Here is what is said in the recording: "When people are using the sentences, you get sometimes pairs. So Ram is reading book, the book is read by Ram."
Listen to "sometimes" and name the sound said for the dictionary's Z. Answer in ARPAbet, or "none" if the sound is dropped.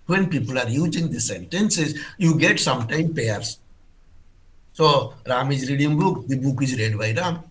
none